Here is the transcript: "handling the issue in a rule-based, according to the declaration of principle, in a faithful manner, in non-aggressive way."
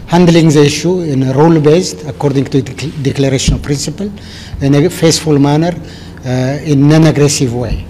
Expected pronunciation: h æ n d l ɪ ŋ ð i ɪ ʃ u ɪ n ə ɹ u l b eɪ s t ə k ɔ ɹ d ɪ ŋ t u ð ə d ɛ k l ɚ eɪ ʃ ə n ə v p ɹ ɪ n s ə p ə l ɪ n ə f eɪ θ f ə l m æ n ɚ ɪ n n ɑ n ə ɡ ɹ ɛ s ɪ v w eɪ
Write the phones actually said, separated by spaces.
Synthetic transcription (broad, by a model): h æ n d l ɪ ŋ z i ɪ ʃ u ɪ n ə ɹ u l b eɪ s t ə k ɔ ɹ d ɪ ŋ t u d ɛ k l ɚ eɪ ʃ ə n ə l p ɹ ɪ n s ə p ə l ɪ n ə f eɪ s f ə l m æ n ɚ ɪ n n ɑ n ə ɡ ɹ ɛ s ɪ v w eɪ